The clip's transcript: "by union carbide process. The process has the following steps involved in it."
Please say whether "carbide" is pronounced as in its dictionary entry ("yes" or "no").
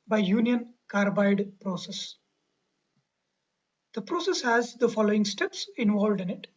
yes